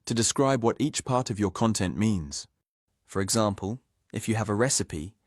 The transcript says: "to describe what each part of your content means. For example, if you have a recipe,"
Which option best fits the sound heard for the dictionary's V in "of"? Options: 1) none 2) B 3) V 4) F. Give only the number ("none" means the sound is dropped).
3